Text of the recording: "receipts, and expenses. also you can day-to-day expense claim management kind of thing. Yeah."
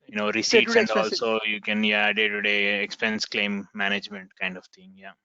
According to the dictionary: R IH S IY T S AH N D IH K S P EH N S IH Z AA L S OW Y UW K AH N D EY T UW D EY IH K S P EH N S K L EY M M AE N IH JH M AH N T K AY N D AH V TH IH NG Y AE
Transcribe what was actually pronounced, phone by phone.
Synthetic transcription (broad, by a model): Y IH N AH D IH S IY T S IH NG AA L S OW Y UW K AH N D EY T UW D EY IH K S P EH N S K L EY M M AE N IH JH M AH N T K AY N D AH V T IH NG Y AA